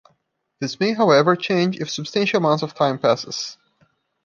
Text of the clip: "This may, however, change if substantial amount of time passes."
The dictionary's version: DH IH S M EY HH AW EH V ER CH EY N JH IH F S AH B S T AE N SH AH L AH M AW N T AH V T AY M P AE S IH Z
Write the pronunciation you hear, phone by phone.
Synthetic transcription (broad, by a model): DH IH S M EY HH AW EH V ER CH EY N JH IH F S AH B S T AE N SH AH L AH M AW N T AH V T AY M P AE S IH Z